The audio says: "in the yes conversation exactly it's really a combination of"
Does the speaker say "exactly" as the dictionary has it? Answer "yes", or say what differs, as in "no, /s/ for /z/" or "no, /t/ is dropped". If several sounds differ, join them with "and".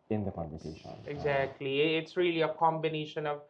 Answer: yes